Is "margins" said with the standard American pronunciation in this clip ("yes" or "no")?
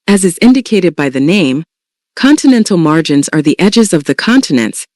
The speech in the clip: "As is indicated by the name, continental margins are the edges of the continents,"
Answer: yes